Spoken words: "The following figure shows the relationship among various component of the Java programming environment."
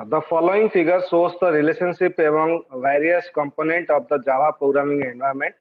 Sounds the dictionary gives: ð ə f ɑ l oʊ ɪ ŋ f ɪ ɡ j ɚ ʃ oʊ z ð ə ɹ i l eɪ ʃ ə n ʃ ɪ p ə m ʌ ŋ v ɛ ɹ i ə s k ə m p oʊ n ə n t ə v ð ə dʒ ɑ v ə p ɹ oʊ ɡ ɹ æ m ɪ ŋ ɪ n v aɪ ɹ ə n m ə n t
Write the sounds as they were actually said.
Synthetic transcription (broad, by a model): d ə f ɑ l oʊ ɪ ŋ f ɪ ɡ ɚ s oʊ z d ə ɹ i l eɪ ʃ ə n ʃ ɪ p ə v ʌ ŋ v ɛ ɹ i ə s k ə m p oʊ n ə n t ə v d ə dʒ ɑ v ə p ɹ oʊ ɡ ɹ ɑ m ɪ ŋ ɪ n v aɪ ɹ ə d m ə n t